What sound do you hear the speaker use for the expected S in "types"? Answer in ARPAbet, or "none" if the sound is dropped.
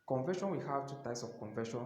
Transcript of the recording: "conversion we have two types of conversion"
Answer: S